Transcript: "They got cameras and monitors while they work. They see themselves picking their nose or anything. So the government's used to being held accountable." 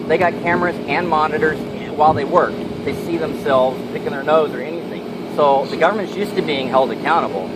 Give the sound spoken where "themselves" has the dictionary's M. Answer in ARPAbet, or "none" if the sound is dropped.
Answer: M